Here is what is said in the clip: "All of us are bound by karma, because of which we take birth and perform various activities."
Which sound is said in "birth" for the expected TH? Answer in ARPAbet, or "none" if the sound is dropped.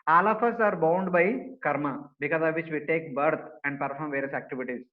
T